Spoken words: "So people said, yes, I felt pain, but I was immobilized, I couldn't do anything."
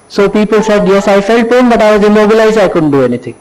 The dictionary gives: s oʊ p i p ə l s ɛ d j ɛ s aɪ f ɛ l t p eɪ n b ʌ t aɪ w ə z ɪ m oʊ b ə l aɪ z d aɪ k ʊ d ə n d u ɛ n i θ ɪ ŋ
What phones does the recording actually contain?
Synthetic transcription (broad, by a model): s oʊ p i p ə l s ɛ d j ɛ s aɪ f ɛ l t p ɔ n b ʌ t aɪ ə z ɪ m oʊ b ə l aɪ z aɪ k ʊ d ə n d u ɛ n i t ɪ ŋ